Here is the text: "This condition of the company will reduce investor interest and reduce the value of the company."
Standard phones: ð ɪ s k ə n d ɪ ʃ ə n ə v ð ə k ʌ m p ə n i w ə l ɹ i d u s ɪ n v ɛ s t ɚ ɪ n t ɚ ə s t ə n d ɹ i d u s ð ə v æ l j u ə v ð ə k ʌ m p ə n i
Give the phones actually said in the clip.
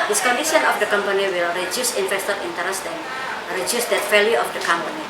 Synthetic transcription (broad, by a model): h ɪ s k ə n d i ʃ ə n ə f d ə k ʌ m p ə n i w ə l ɹ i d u s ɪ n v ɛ s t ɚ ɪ n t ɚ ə s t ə n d ɹ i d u s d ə f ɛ l j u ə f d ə k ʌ m p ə n i